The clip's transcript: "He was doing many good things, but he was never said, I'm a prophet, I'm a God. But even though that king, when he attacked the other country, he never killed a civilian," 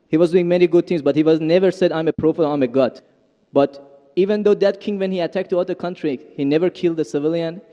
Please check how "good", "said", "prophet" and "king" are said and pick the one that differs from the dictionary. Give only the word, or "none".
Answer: prophet